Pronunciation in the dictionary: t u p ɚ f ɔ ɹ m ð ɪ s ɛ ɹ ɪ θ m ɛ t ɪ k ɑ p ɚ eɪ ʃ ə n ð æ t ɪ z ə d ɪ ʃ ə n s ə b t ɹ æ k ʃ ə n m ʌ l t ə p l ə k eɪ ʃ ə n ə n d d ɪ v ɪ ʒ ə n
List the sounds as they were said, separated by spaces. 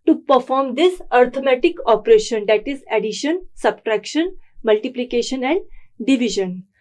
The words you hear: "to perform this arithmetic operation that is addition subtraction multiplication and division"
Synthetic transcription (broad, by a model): t u p ɚ f ɔ ɹ m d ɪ s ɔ ɹ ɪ m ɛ t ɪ k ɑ p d eɪ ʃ ə n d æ t ɪ z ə d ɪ ʃ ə n s ə b t ɹ æ k ʃ ə n m ʌ l t ə p l ə k eɪ ʃ ə n ə n d d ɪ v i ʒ ə n